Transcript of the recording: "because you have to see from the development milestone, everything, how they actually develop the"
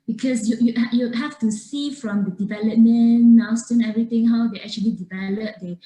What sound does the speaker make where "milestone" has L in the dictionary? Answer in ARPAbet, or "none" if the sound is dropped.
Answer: none